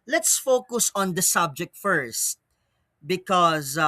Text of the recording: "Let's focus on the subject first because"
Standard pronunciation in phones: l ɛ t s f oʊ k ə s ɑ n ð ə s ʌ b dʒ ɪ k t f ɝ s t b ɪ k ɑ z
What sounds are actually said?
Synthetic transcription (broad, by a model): l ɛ t s f oʊ k ə s ɑ n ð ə s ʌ b dʒ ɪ k t f ɝ s t b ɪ k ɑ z